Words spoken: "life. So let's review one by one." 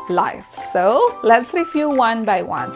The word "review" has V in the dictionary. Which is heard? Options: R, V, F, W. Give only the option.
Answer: F